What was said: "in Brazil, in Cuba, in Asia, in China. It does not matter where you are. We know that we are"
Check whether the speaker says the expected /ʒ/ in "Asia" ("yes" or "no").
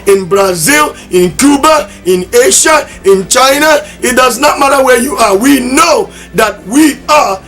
no